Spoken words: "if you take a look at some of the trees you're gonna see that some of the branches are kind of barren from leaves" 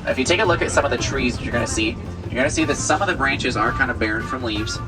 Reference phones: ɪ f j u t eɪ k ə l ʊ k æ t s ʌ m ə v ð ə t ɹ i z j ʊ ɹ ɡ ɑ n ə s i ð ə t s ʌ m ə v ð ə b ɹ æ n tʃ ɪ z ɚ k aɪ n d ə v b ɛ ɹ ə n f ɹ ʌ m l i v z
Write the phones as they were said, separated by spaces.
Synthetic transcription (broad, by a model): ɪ f j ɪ t eɪ k ə l ʊ k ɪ t s ʌ m ə v ð ə t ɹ i z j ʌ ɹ ɡ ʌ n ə s i ð ə t s ʌ m ə v ð ə b ɹ æ n tʃ ɪ z ɚ k aɪ n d ə v b ɛ ɹ ə n f ɹ ʌ m l i v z